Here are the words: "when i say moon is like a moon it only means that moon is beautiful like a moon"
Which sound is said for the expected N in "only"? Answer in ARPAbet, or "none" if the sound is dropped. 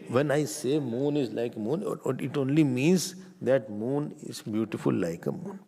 N